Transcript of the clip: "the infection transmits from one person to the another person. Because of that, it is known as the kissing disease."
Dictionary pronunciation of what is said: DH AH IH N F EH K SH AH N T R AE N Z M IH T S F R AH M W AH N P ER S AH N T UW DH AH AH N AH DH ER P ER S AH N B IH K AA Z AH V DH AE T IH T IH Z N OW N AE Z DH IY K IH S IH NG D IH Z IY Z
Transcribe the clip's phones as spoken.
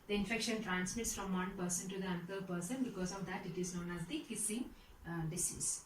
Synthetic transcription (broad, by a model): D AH IH N F EH K SH AH N T R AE N S M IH T S F R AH M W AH N P ER S AH N T UW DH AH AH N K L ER P ER S AH N B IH K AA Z AH V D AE T IH T IH Z N OW N AE Z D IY K IH S IH NG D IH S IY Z